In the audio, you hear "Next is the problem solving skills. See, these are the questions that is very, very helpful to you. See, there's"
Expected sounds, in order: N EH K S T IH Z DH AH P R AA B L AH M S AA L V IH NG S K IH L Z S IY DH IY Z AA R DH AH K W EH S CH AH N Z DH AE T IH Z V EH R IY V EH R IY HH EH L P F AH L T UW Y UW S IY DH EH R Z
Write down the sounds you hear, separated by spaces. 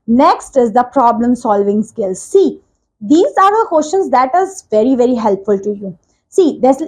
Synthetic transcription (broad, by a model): N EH K S T IH Z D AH P R AA B L AH M S AA L V IH NG S K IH L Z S IY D IY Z AA R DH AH K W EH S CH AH N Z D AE T IH Z V EH R IY V EH R IY HH EH L P F AH L T UW Y UW S IY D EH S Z